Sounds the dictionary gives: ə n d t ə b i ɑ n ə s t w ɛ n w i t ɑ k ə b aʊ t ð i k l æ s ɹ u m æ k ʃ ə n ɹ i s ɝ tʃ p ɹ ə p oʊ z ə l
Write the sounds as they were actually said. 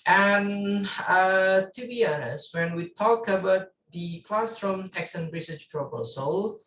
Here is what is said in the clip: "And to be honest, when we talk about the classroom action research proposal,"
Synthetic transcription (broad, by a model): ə n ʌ t ə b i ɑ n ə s w ɛ n w i t ɑ k ə b aʊ t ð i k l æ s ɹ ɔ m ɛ k s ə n ɹ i s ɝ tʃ p ɹ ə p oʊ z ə l